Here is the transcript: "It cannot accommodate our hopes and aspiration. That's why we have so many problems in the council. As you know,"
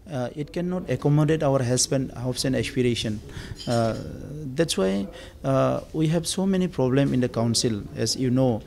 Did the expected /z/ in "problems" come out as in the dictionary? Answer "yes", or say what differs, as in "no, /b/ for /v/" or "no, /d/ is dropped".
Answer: no, /z/ is dropped